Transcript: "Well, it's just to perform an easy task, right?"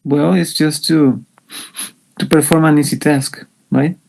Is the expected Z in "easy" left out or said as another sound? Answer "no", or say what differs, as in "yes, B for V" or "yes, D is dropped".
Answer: yes, S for Z